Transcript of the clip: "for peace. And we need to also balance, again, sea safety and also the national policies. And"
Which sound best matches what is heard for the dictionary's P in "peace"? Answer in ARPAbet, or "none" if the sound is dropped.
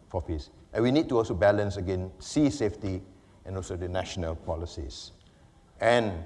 F